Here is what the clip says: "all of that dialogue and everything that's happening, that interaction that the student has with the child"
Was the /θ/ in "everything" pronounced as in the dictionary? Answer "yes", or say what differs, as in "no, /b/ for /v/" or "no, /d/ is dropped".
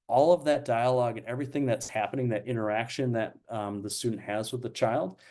yes